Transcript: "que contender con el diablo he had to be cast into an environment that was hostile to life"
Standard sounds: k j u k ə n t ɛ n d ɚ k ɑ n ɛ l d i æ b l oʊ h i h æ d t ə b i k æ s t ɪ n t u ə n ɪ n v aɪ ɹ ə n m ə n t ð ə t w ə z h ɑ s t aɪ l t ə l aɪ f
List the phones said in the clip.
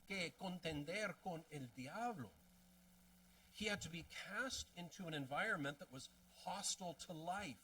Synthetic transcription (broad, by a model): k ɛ k ə n t ɛ n d ɚ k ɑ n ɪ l d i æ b l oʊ h i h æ d t ə b i k æ s t ɪ n t u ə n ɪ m v aɪ ɹ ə n m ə n ð ə t w ə z h ɑ s t l t ə l aɪ f